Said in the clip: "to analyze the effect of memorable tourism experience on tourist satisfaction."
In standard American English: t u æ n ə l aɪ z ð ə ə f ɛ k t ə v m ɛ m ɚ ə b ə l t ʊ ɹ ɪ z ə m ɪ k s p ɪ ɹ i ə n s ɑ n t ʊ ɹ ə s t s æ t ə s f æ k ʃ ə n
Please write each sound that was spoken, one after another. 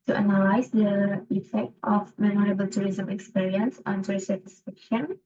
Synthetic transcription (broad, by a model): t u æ n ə l aɪ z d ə ə f ɛ k t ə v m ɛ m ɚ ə b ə l t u ɹ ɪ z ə m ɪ k s p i ɹ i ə n s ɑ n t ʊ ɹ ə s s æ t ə s f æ k ʃ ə n